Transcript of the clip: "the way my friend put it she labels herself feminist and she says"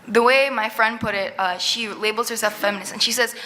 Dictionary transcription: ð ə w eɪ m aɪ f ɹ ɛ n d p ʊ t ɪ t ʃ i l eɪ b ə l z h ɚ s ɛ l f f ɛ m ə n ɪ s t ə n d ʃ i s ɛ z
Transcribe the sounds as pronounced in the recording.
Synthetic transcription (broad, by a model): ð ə w eɪ m aɪ f ɹ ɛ n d p ʊ t ɪ t ʃ i l eɪ b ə l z h ɚ s ɛ l f f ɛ m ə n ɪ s ə n ʃ i s ɛ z